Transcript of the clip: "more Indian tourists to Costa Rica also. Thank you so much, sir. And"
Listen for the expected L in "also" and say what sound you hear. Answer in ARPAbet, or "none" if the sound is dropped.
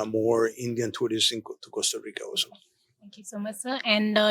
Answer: none